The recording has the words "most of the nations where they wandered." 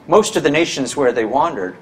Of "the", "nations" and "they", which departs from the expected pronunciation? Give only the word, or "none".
none